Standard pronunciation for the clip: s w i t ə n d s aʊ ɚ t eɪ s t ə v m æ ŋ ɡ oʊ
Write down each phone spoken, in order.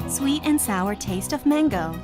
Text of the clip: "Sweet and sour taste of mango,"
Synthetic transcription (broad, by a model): s w i t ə n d s aʊ ɚ t eɪ s t ə v m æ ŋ ɡ oʊ